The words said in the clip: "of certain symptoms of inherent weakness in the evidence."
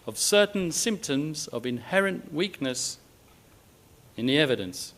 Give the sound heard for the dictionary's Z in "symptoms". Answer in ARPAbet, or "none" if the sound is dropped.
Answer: Z